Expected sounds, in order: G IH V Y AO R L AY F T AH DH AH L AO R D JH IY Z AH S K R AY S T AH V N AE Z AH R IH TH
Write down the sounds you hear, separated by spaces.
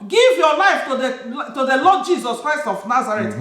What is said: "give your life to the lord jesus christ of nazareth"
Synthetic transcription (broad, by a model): G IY V Y AO L AY F T AH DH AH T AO L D JH IY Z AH S K R AY S T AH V N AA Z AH R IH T